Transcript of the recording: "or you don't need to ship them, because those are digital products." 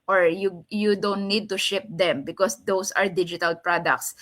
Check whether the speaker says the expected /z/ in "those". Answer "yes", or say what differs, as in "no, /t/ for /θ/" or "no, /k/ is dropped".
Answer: no, /s/ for /z/